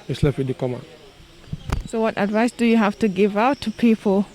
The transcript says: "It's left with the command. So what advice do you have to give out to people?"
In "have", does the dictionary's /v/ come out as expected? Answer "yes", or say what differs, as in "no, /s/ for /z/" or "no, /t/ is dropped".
no, /f/ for /v/